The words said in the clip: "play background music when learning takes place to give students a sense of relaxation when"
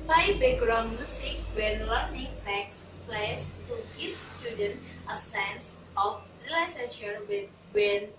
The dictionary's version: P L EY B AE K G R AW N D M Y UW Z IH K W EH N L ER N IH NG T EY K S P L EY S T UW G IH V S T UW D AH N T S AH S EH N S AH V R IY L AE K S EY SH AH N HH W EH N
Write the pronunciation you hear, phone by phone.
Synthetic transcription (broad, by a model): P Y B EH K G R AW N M Y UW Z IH K W EH N L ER N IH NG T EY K S P L EY S T UW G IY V S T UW D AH N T AH S EH N S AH F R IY L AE S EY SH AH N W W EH N